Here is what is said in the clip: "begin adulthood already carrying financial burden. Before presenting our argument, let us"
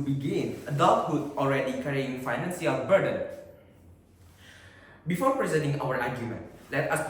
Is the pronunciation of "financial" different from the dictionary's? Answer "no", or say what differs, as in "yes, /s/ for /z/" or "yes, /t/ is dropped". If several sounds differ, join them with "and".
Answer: yes, /s/ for /ʃ/